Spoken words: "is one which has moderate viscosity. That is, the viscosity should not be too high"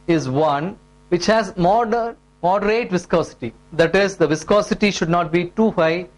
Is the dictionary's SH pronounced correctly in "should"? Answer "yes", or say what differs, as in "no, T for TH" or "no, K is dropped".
yes